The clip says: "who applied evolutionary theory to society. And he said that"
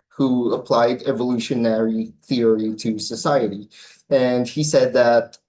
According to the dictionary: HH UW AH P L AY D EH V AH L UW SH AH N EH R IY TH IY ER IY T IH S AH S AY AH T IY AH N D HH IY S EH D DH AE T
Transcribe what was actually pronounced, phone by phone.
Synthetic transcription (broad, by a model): HH UW AH P L AY D EH V AH L UW SH AH N EH R IY TH IY ER IY T IH S AH S AY AH T IY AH N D HH IY S EH D DH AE T